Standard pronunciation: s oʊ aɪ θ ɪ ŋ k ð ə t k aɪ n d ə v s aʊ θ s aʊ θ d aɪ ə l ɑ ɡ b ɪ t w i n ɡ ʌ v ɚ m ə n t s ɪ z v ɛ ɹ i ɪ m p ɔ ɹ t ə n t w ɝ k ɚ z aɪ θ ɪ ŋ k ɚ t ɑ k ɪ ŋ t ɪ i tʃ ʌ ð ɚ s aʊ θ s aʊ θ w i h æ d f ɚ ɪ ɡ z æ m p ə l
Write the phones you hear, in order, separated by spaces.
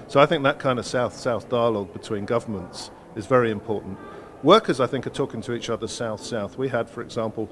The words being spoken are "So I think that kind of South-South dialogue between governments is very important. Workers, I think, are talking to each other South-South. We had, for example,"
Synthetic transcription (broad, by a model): s oʊ aɪ θ ɪ ŋ k ð ə t k aɪ n d ə v s aʊ θ s aʊ θ d aɪ ə l ɑ ɡ b ɪ t w i n ɡ ʌ v ɚ m ə n t s ɪ z v ɛ ɹ i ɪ m p ɔ ɹ t n t w ɝ k ɚ z aɪ θ ɪ ŋ k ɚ t ɑ k ɪ ŋ t ɪ i tʃ ʌ ð ɚ s aʊ θ s aʊ θ w i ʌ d f ɚ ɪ ɡ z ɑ m p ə l